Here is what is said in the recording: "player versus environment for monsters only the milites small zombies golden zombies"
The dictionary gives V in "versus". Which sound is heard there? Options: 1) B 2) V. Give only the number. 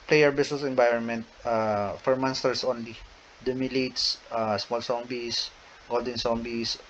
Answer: 1